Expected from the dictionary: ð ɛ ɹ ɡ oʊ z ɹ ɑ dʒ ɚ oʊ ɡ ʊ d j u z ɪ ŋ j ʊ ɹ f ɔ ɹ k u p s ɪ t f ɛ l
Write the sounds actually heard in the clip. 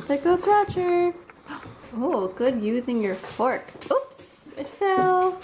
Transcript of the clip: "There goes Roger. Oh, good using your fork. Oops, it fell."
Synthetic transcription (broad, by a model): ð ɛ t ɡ oʊ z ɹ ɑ tʃ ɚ oʊ ɡ ʊ d j u z ɪ ŋ j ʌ ɹ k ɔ ɹ k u p s ɪ t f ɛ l